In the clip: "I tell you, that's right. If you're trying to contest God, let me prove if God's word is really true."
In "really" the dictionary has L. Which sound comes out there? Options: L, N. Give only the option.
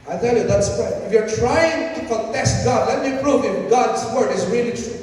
N